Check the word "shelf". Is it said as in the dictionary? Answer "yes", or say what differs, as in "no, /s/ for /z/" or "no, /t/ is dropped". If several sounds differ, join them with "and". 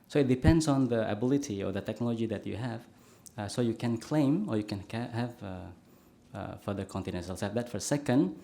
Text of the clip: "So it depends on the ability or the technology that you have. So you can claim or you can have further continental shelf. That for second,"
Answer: no, /s/ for /ʃ/